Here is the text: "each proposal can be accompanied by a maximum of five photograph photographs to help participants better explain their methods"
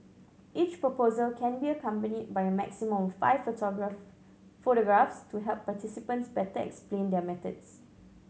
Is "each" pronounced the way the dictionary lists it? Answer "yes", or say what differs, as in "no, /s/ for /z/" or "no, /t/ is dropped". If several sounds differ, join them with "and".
yes